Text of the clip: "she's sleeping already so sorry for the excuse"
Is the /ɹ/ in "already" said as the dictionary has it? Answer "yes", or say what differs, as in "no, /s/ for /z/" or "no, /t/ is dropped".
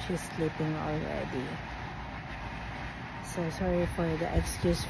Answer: no, /l/ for /ɹ/